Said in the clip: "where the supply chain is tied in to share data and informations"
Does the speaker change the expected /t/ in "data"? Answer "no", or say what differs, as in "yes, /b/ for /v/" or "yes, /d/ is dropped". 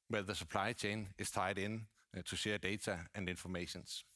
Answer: yes, /s/ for /t/